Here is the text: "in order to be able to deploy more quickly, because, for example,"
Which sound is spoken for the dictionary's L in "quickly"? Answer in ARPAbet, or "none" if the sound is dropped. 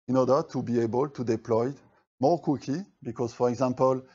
none